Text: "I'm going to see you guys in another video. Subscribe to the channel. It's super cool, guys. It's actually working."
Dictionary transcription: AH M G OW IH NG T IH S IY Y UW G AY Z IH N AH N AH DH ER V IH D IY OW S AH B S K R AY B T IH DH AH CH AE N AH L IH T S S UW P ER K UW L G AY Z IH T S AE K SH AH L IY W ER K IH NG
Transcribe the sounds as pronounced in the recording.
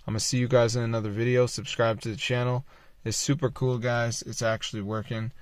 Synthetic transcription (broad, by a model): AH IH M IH S IY Y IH G AY Z IH N AH N AH DH ER V IH D IY OW S AH B S K R AY B T IH DH AH CH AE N L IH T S S UW P ER K UW L G AY Z IH T S AE K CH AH L IY W ER K IH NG